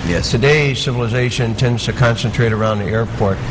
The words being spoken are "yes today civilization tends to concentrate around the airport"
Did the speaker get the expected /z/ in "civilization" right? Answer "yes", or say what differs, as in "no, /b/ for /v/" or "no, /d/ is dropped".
yes